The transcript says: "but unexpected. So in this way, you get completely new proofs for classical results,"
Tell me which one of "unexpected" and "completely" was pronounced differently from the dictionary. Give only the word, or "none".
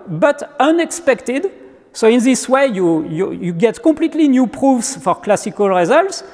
none